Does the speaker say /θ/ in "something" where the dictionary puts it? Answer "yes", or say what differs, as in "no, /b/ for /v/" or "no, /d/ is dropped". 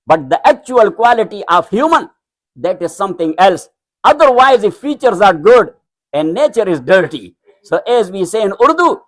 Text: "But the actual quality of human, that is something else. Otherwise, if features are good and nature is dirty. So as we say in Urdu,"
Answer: no, /t/ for /θ/